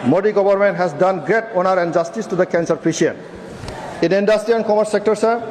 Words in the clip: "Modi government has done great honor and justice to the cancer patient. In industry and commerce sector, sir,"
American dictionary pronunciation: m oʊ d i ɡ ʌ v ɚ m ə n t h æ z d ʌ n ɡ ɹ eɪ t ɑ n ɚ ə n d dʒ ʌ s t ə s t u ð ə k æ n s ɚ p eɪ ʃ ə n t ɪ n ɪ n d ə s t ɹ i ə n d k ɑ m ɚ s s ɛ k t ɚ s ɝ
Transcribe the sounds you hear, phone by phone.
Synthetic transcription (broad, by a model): m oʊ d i ɡ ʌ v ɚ m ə n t h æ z d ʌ n ɡ ɹ eɪ t ɑ n ɚ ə n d dʒ ʌ s t ə s t u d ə k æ n s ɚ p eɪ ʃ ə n ɪ n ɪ n d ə s t ɹ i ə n k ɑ m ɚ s s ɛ k t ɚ s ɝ